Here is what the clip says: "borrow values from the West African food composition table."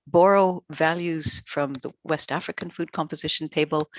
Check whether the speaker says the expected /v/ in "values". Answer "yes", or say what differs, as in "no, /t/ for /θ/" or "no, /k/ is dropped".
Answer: yes